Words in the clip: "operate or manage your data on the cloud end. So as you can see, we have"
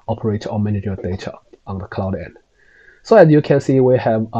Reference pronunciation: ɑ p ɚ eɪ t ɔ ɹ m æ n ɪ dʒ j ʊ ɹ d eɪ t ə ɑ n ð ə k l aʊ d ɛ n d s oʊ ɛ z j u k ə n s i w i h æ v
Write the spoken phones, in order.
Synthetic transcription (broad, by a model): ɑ p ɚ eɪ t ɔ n m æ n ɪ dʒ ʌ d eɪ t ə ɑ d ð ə k l aʊ d ɛ n d s oʊ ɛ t j u k ə n s i w i h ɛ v